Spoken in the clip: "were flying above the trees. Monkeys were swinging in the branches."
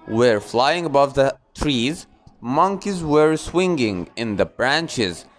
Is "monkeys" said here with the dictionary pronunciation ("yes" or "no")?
yes